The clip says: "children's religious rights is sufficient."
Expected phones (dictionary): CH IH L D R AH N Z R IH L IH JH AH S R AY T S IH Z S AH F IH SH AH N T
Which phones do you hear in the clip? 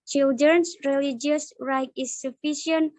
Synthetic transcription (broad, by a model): CH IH L D R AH N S R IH L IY JH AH S R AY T IH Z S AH F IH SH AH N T